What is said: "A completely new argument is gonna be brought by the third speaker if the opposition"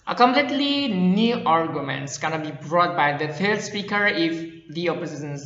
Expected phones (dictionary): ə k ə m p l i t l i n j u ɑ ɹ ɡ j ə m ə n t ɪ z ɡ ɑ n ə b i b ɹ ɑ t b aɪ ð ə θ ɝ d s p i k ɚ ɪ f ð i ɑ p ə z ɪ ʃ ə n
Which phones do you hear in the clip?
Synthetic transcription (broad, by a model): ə k ə m p l i t l i n j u ɑ ɹ ɡ j ə m ə n t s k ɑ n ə b i b ɹ ɑ t b aɪ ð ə f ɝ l s p i k ɚ ɪ f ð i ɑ p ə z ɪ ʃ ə n